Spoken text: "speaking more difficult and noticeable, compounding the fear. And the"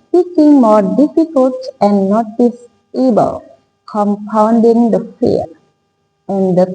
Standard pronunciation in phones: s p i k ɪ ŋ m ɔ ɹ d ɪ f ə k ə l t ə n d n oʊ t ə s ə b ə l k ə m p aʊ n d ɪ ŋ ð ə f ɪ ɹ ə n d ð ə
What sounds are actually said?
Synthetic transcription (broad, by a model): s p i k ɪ ŋ m ɔ ɹ d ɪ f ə k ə l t ə n d n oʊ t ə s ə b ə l k ə m p aʊ n d ɪ ŋ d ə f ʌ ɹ ə n d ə